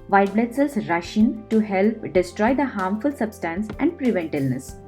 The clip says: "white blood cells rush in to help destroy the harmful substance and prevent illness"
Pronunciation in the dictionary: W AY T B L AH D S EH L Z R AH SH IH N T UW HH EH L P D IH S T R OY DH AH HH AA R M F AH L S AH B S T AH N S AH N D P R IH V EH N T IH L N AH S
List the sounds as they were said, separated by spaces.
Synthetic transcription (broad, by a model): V AY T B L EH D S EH L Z R AH SH IH N T UW HH EH L P D IH S T R OY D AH HH AA R M F AH L S AH B S T AH N S AH N D P R IH V EH N T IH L N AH S